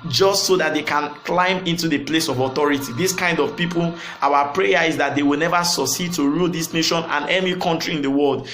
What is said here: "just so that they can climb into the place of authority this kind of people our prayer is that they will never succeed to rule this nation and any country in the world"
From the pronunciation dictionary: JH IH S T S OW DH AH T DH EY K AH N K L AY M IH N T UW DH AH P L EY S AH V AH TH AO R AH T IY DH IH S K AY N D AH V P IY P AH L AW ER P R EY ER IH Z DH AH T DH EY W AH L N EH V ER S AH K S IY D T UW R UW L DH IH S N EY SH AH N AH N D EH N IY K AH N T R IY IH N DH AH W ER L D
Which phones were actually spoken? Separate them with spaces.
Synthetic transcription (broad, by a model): JH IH S T S OW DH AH T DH EY K AH N K L AY M IH N T UW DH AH P L EY S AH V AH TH AO R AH T IY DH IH S K AY N D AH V P IY P AH L AW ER P R EY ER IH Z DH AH T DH EY W AH L N EH V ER S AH S IY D T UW R UW L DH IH S N EY SH AH N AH N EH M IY K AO N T R IY IH N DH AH W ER L D